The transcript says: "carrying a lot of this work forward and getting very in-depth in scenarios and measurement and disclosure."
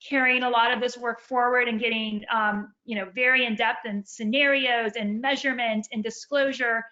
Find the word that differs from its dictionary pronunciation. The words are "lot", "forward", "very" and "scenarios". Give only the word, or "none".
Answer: none